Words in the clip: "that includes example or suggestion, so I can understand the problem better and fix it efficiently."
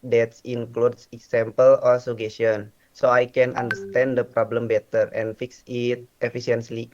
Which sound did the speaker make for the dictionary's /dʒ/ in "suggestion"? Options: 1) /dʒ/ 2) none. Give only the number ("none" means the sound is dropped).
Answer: 2